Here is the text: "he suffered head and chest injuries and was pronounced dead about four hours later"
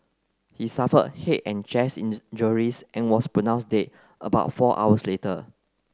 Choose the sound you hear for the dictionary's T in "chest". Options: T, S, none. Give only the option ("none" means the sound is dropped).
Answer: none